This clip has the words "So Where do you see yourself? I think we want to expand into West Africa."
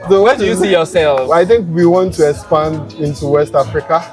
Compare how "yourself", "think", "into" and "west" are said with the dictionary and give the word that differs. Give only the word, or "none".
yourself